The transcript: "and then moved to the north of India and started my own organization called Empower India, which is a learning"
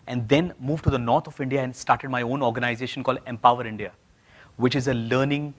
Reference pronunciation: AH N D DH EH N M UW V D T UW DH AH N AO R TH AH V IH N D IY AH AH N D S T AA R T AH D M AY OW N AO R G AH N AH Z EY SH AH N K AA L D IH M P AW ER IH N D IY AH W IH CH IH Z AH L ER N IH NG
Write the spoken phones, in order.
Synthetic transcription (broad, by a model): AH N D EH N M UW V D T UW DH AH N AO R T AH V IH N D IY AH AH N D S T AA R T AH D M AY OW N AO R G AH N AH Z EY SH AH N K AA L D IH M P AW ER IH N D IY AH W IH CH IH Z AH L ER N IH NG